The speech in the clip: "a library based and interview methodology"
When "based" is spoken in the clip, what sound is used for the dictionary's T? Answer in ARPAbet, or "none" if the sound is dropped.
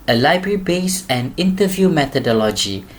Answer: none